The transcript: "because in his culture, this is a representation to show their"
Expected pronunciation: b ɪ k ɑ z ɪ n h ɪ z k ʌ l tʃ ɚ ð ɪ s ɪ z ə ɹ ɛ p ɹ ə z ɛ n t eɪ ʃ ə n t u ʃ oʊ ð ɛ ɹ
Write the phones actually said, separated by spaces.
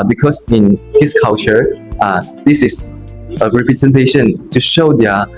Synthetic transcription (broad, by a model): b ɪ k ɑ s ɪ n h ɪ s k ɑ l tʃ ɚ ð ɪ s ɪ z ə ɹ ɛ p ɹ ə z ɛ n t eɪ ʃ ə n t u ʃ oʊ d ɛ